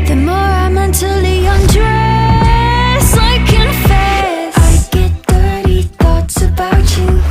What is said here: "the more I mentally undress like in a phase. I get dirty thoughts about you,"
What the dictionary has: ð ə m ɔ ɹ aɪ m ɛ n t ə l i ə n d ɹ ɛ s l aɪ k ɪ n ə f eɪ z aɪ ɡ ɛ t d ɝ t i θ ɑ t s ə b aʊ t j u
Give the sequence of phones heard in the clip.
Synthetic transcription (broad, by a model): ð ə m ɔ ɹ aɪ m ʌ n t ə l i ə n d ɹ ɛ s aɪ k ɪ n f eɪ s aɪ ɡ ɛ t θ ɝ t i θ ɑ t s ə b aʊ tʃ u